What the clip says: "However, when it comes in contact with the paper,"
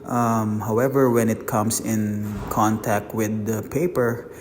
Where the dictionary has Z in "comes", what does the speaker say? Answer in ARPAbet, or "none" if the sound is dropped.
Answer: S